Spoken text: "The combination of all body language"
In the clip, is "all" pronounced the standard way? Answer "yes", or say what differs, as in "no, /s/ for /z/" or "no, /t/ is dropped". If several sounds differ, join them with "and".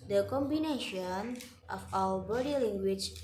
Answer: no, /w/ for /l/